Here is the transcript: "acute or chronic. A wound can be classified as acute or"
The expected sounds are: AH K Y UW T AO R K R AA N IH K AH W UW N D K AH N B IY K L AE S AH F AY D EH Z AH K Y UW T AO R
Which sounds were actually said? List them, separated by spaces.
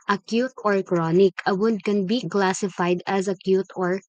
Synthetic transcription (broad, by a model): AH K Y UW T AO R K R AA N IH K AH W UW D K AH N B IY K L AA S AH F AY D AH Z AH K Y UW T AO R